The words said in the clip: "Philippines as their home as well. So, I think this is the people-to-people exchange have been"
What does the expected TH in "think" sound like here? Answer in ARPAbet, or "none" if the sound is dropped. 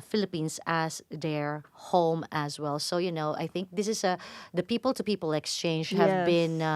TH